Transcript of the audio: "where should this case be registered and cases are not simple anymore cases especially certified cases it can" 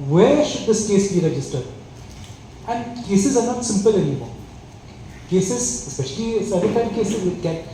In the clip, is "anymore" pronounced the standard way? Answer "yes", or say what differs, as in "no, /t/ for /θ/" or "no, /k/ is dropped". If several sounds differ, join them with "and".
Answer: no, /l/ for /n/ and /l/ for /ɹ/